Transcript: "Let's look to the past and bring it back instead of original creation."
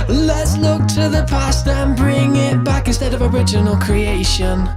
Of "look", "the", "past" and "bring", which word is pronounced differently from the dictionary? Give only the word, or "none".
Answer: none